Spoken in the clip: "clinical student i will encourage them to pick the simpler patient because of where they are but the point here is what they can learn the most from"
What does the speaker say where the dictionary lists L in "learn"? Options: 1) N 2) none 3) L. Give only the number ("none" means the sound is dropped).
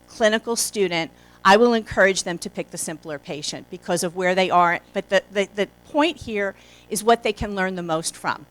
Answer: 3